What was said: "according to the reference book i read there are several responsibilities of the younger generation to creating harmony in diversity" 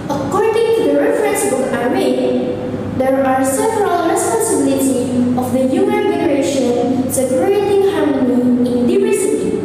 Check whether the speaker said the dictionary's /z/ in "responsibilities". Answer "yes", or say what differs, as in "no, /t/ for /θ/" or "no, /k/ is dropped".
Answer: no, /z/ is dropped